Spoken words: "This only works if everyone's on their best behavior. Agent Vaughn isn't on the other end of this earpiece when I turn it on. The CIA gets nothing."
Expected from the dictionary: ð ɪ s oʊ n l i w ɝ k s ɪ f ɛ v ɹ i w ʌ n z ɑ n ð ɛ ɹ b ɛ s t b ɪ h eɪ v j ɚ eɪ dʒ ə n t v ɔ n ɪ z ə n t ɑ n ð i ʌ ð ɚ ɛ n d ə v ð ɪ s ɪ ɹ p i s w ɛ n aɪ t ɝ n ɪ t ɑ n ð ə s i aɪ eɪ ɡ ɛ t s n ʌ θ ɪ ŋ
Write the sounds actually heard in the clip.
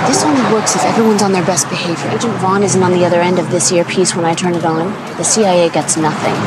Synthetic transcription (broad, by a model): ð ɪ s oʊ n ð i w ɝ k s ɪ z ɛ v ɹ i w ʌ n z n ð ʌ ɹ b ɛ s t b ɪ h eɪ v j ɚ eɪ dʒ ə n t v ɔ n ɪ z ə n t n ð i ʌ ð ɚ ɛ n d ə v ð ɪ s ɪ ɹ p i s w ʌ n aɪ t ɝ n ɪ t n ð ə s i aɪ eɪ ɡ ɛ t s n ʌ θ ɪ ŋ